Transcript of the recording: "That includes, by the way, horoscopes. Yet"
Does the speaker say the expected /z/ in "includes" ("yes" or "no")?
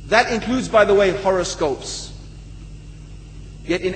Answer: yes